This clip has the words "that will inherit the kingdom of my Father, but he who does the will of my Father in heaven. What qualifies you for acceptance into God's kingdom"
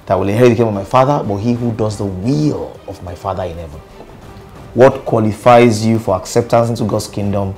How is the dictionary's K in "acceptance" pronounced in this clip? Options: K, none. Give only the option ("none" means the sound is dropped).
K